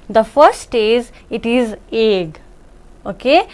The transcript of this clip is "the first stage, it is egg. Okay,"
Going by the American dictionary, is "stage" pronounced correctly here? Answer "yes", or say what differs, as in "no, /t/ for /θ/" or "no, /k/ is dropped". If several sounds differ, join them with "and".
no, /z/ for /dʒ/